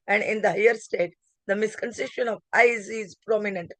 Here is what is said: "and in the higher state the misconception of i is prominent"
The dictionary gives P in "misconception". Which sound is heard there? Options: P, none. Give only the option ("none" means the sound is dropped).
none